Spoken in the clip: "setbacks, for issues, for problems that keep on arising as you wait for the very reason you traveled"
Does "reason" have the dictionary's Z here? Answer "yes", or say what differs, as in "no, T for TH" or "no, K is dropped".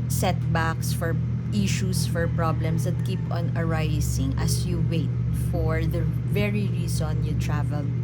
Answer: no, S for Z